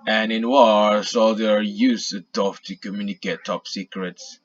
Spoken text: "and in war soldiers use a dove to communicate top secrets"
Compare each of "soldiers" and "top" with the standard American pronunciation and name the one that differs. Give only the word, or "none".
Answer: soldiers